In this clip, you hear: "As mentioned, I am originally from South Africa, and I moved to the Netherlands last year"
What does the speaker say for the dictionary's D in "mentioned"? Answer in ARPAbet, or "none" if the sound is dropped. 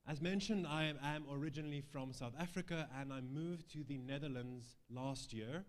D